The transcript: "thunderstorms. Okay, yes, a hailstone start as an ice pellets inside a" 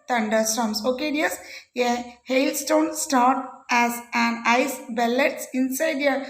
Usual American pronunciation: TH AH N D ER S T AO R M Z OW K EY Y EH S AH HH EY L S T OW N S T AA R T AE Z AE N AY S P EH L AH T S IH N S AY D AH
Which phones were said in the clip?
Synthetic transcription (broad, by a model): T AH N D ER S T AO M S OW K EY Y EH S AH HH EY L S T OW N S T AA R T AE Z AE N AY S B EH L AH T S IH N S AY D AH